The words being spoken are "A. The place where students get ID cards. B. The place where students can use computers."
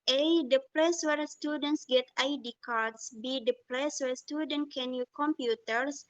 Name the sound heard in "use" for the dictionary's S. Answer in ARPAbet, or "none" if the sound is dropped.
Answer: none